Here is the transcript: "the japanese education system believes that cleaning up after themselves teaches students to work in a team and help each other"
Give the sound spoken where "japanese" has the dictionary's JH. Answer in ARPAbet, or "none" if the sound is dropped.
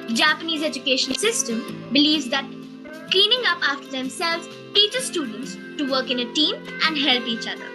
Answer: JH